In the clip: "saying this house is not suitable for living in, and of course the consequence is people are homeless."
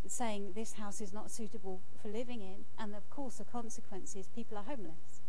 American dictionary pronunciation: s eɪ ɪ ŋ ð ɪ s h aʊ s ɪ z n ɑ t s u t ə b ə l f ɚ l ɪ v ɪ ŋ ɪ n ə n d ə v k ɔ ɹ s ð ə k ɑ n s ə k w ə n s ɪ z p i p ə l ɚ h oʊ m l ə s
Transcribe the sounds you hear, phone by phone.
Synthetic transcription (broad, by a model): s eɪ ɪ ŋ ð ɪ s h aʊ s ɪ z n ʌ t s u t ə b ə l f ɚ l ɪ v ɪ ŋ ɪ n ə n ə v k ɔ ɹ s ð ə k ɑ n s ə k w ə n s ɪ z p i p ə l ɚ h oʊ m l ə s